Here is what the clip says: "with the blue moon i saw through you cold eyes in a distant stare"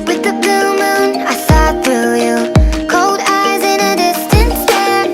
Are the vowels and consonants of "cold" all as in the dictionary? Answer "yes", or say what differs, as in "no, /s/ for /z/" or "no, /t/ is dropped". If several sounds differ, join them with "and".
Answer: yes